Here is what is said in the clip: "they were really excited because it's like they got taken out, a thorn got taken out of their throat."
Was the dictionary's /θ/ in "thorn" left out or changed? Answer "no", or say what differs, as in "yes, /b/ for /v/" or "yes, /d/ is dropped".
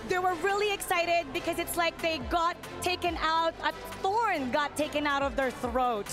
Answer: no